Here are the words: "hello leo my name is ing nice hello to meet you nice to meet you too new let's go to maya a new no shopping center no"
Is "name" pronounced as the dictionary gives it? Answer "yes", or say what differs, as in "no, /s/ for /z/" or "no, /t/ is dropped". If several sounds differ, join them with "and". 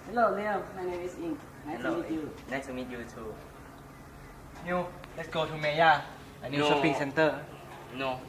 no, /m/ is dropped